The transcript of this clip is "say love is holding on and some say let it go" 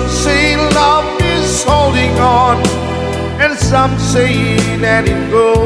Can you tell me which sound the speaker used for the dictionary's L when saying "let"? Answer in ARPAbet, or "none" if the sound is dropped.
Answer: N